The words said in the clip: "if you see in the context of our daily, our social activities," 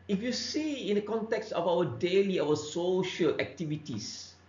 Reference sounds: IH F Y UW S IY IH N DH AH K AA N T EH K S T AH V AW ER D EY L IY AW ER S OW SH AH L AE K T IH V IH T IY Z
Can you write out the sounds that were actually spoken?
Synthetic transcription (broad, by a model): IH F Y UW S IY IH N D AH K AA N T EH K S T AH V AW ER D EY L IY AW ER S OW SH AH L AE K T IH V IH T IY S